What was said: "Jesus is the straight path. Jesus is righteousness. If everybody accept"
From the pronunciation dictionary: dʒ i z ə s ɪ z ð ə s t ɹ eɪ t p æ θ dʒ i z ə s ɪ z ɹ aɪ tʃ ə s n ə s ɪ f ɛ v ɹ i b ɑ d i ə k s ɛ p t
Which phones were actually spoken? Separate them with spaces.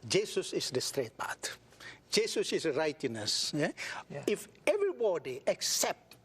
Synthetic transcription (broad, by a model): dʒ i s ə s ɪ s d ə s t ɹ eɪ t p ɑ t dʒ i s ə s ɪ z ɹ aɪ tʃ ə n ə s ɪ f ɛ v ɹ i b ɑ d i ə k s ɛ p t